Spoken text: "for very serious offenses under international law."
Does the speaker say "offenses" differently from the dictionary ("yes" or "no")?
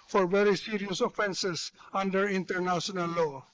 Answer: yes